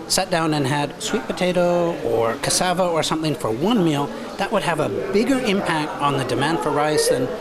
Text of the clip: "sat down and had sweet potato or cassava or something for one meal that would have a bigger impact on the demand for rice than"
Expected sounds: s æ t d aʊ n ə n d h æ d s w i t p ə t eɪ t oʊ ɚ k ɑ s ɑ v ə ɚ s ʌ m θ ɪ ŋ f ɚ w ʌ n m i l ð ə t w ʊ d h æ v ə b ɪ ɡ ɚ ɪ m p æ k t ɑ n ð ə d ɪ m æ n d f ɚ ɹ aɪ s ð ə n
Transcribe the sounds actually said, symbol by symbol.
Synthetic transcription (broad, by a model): s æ t d aʊ n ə n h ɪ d s w i t p ə t eɪ t oʊ ɚ k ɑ s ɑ v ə ɚ s ʌ m θ ɪ ŋ f ɚ w ʌ n m i l ð ə t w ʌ d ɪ v ə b ɪ ɡ ɚ ɪ m p æ k t n ð ə d ɪ m æ n d f ɚ ɹ aɪ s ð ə n